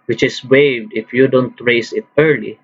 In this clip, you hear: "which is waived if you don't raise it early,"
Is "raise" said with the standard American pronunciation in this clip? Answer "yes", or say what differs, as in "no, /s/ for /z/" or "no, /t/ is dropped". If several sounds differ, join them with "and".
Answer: no, /s/ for /z/